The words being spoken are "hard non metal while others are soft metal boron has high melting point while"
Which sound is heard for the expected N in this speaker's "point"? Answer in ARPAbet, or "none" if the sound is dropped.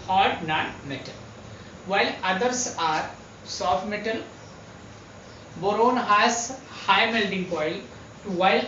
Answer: L